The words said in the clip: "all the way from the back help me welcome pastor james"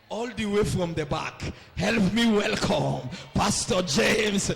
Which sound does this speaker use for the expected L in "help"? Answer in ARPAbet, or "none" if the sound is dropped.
L